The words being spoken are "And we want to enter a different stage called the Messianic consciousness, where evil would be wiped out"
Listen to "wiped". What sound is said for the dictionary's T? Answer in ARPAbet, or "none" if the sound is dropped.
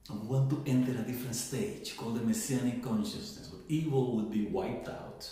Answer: T